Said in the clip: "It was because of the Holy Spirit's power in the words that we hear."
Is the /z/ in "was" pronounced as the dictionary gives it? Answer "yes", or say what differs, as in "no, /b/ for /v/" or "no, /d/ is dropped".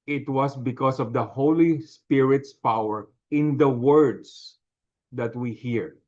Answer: no, /s/ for /z/